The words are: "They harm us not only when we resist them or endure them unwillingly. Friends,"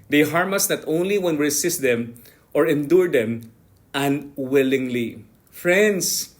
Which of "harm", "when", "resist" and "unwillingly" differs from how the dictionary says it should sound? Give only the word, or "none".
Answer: resist